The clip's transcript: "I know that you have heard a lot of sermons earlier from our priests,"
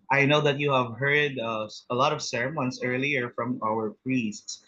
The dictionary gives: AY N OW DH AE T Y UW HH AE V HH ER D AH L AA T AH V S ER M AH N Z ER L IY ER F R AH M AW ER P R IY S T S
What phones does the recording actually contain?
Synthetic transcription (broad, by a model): AY N OW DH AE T Y UW HH AE V HH ER D AH L AA T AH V S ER M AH N S ER L IY ER F R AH M AW ER P R IY S T S